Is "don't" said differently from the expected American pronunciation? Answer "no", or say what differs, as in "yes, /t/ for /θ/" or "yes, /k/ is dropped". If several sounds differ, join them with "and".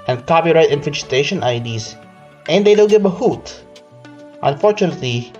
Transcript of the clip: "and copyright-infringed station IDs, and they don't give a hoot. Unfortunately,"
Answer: yes, /l/ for /n/